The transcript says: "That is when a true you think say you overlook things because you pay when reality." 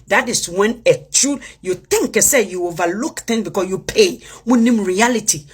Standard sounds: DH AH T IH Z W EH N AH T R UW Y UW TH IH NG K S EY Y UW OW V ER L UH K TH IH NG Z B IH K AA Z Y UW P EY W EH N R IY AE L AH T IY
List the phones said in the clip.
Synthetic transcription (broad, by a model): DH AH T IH S W EH N AH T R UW Y UW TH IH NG K S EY Y UW OW V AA L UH K T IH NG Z B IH K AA Y UW P EY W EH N R IY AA L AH T IY